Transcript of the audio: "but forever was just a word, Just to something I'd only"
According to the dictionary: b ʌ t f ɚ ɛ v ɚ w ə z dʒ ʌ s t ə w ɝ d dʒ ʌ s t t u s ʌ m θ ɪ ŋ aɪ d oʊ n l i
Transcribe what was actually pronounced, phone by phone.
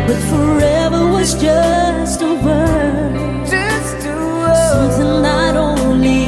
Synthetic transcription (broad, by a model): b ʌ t f ɚ ɛ v ɚ w ə z dʒ ʌ s t ə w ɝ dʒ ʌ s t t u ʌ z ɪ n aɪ d oʊ n l i